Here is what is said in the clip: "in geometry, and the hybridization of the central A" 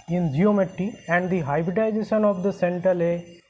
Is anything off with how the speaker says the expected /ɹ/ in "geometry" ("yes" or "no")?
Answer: yes